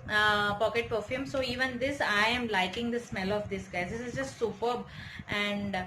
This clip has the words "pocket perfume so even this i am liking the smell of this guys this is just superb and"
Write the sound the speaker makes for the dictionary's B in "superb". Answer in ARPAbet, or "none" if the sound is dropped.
B